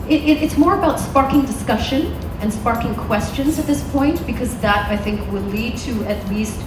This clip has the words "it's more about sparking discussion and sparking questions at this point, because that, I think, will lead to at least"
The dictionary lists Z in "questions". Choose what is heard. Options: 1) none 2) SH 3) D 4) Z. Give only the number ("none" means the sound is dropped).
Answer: 4